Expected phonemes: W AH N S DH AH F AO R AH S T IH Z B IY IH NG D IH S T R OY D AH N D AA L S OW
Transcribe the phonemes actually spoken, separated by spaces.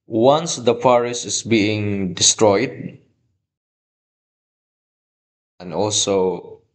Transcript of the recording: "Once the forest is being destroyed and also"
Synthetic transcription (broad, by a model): W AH N S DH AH P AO R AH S IH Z B IY IH NG D IH S T R OY D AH N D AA L S OW